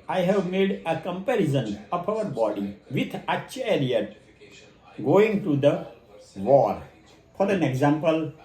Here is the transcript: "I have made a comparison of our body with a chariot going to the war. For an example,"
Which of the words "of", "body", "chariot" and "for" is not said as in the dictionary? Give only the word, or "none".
of